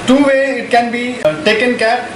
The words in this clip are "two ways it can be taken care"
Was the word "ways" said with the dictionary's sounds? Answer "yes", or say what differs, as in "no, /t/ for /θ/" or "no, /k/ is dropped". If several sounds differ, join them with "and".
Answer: no, /z/ is dropped